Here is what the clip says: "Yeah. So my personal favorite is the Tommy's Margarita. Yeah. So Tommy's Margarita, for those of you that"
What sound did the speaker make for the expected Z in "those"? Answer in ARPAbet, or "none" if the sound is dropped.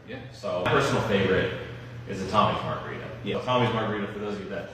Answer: none